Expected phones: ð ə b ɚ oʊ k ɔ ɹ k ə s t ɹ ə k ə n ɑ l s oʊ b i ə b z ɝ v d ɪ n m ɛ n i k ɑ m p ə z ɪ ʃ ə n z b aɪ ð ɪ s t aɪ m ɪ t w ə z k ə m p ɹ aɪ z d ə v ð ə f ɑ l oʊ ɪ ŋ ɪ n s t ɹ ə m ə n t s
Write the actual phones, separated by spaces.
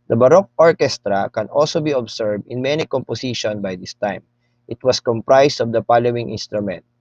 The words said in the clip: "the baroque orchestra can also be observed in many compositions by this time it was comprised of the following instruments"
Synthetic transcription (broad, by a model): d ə b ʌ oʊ k ɔ ɹ k ə s t ɹ ə k ə n ɑ l s oʊ b i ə b s ɝ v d ɪ n m ɛ n i k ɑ m p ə s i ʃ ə n b aɪ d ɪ s t aɪ m ɪ t w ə s k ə m p ɹ aɪ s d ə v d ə p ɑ l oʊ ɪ ŋ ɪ n s t ɹ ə m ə n t